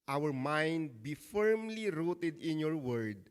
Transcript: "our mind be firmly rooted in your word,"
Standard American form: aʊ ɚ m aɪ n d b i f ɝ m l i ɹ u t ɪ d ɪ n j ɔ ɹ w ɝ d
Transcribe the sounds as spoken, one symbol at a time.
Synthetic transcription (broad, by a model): aʊ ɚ m aɪ n d b i f ɝ m l i ɹ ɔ t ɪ d ɪ n j ɔ ɹ w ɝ d